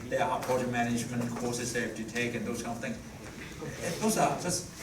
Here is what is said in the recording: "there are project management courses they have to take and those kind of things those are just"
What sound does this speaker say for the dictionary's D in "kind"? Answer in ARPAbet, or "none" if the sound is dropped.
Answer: none